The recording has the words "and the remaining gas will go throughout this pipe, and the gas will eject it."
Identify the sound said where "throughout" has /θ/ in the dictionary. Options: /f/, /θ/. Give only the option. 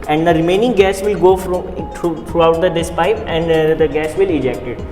/f/